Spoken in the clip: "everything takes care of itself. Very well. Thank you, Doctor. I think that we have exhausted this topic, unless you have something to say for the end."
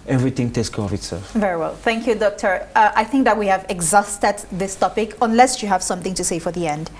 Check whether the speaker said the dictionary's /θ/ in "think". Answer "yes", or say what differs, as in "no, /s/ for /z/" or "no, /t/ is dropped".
yes